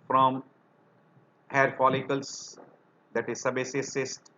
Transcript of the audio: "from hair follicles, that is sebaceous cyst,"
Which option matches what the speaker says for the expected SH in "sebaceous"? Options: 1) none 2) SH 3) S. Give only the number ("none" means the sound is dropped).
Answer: 3